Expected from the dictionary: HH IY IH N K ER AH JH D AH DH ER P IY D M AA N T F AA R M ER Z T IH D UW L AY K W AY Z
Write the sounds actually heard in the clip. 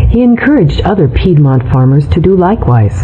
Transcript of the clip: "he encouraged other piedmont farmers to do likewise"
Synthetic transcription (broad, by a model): HH IY IH N K ER AH JH D AH DH ER P IY D M AA N T F AA R M ER Z T IH D UW L AY K W AY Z